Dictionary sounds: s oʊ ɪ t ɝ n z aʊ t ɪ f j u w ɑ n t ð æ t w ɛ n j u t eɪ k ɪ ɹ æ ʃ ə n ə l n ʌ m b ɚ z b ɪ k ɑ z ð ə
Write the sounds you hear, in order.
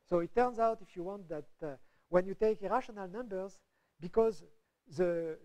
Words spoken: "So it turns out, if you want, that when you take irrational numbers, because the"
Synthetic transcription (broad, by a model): s oʊ ɪ t ɝ n z aʊ t ɪ f j u w ɑ n t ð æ t w ɛ n j u t eɪ k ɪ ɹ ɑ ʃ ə n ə l n ʌ m b ɚ z b ɪ k ɑ z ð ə